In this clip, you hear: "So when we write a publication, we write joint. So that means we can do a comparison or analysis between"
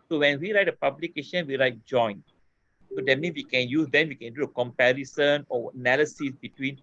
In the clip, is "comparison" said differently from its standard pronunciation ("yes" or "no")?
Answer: no